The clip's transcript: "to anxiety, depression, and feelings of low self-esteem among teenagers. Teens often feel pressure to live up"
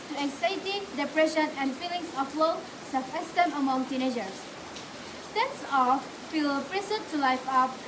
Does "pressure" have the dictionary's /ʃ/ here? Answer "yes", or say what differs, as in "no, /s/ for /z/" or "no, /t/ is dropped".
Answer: no, /s/ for /ʃ/